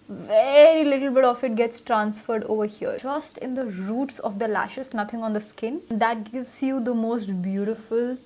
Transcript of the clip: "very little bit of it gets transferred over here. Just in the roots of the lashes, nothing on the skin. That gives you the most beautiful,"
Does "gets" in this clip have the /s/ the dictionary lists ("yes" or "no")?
yes